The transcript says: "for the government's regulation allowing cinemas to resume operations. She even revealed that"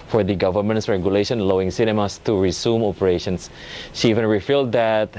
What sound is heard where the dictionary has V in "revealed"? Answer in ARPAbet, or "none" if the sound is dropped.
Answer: F